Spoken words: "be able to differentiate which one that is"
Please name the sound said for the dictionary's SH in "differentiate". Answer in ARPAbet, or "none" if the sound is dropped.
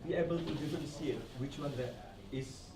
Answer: S